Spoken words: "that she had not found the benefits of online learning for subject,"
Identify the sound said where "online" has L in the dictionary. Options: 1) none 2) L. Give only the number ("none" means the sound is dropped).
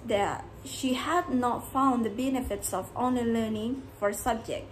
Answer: 1